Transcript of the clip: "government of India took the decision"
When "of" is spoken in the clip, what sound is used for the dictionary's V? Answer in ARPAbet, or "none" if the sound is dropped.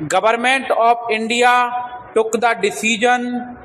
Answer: P